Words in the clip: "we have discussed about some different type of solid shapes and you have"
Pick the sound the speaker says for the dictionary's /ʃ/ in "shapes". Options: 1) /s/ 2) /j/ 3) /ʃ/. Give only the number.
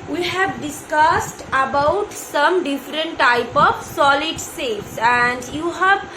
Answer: 1